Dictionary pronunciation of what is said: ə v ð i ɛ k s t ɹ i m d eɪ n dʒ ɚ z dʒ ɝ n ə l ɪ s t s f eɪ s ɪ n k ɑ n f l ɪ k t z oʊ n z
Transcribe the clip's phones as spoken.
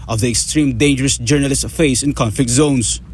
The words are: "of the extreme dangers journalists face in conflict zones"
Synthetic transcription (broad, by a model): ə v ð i ɛ k s t ɹ i m d eɪ n dʒ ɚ s dʒ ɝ n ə l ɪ s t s f eɪ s ɪ n k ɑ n f l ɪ k t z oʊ n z